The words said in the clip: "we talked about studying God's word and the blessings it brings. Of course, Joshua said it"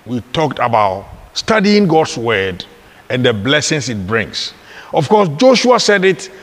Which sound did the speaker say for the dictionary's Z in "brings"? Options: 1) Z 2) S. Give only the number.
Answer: 2